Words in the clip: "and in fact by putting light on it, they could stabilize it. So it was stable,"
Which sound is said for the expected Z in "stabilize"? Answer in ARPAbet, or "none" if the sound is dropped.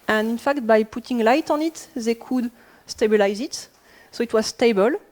Z